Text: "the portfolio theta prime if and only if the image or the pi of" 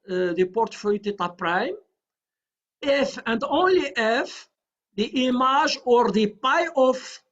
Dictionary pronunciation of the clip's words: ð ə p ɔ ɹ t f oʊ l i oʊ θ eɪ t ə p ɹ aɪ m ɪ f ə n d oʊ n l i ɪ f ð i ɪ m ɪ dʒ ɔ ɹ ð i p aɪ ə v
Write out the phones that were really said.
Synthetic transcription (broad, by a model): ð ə p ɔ ɹ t f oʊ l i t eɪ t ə p ɹ aɪ m ɪ f ə n d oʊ n l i ɪ f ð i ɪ m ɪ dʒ ɔ ɹ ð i p aɪ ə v